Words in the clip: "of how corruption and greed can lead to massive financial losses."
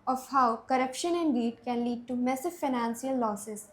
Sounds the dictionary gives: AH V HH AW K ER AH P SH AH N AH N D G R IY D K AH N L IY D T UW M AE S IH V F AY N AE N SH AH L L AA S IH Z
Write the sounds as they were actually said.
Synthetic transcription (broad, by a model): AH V HH AW K ER AH P SH AH N AH N D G IY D K AH N L IY D T UW M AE S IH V F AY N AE N S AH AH L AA S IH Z